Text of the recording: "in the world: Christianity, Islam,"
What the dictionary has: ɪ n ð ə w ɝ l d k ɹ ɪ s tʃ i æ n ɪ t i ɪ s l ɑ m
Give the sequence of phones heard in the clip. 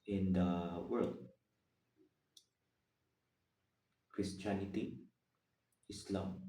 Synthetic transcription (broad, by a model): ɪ n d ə w ɝ l d k ɹ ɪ s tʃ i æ n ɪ t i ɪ s l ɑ m